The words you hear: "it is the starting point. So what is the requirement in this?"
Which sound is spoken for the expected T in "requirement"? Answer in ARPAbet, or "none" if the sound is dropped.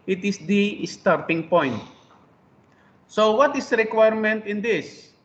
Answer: T